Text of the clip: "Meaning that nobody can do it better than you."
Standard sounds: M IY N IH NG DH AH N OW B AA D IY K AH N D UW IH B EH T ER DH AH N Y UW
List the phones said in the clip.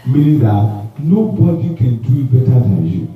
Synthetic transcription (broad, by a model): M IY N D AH N OW B AA D IY K AH N D UW IH B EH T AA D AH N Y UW